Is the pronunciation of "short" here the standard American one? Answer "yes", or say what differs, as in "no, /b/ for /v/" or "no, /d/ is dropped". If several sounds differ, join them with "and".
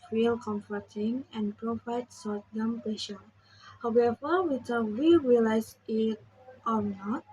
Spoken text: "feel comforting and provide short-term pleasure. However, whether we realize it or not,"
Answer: no, /s/ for /ʃ/